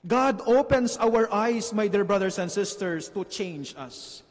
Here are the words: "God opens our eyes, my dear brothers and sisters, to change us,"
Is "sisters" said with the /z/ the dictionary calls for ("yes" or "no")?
no